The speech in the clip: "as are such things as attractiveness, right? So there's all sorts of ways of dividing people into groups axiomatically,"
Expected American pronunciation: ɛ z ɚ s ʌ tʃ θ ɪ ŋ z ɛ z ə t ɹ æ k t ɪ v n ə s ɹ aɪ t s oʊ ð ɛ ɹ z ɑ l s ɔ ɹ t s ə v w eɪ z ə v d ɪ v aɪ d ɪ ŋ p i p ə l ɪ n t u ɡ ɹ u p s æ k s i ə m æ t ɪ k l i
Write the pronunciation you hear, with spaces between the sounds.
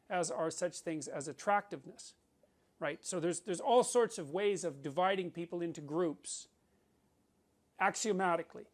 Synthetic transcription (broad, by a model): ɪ z ɚ s ʌ tʃ θ ɪ ŋ z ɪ z ə t ɹ æ k t ɪ v n ə s ɹ aɪ t s oʊ ð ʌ ɹ z ɑ l s ɔ ɹ t s ə v w eɪ z ə v d ɪ v aɪ d ɪ ŋ p i p l ɪ n t u ɡ ɹ u p s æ k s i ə m æ t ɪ k l i